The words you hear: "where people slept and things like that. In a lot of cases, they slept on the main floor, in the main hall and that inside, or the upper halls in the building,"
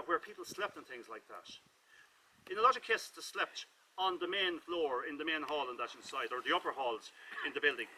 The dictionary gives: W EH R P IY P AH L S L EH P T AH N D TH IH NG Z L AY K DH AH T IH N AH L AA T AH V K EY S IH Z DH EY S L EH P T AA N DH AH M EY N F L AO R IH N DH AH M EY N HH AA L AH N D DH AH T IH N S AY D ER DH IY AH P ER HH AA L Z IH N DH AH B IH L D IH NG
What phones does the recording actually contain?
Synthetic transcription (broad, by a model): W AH R P IY P AH L S L EH P T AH N TH IH NG Z L AY K DH AH T IH N AH L AA T AH V K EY IH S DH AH S L EH P T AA N DH AH M EY N F L AO R IH N DH AH M EY N HH AA L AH N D DH AH T IH N S AY D ER DH IY AH P ER HH AA L Z IH N DH AH B IH L D IH NG